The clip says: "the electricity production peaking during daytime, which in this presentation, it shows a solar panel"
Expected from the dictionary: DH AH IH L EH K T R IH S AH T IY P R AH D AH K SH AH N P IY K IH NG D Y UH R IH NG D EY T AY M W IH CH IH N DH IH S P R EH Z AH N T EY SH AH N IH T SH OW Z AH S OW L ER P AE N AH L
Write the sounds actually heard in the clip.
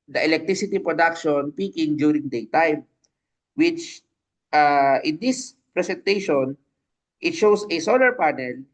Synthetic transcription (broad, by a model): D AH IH L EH K T R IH S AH T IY P R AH D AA K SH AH N P IY K IH NG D Y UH R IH NG D EY T AY M W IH CH IH N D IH S P R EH S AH N T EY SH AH N IH T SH OW S AH S OW L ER P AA N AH L